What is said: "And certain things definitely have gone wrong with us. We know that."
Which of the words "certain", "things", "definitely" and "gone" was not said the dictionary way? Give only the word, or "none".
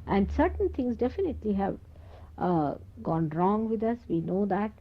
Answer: things